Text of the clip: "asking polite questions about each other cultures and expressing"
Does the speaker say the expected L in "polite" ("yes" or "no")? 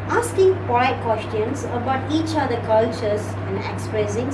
no